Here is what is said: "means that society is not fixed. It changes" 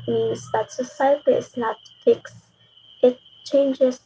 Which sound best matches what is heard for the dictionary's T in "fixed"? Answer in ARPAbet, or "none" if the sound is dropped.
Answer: none